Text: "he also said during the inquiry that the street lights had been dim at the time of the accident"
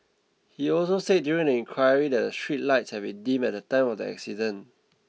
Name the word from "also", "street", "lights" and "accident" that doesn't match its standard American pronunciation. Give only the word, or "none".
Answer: accident